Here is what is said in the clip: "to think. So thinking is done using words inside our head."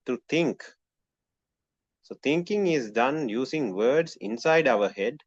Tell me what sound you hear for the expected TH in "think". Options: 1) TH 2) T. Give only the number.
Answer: 2